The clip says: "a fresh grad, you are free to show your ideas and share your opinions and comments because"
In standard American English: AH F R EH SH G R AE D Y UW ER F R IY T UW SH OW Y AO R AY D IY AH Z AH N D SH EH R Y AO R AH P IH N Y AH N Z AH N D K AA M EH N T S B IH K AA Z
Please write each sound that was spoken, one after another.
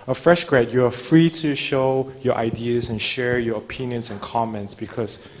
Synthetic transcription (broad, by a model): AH F R EH SH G R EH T Y UW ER F R IY T UW SH OW Y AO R AY D IY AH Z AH N SH EH R Y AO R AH P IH N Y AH N S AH N K AA M EH N T S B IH K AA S